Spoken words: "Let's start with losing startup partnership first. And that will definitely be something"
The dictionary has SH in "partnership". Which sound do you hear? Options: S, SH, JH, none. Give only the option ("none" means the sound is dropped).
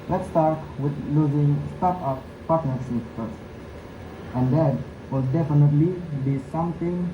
S